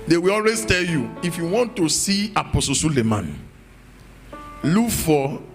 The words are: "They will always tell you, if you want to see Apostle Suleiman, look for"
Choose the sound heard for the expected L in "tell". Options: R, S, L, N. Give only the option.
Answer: L